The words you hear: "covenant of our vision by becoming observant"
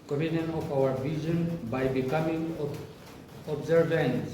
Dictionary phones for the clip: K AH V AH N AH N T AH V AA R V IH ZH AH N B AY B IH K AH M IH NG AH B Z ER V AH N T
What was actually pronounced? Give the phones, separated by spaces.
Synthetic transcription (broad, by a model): K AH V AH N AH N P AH W AA R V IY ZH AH N B AY B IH K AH M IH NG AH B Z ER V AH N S